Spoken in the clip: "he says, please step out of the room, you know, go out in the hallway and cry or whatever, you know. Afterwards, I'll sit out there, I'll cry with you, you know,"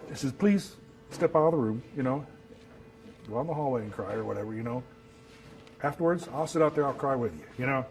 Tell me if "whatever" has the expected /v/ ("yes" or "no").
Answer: yes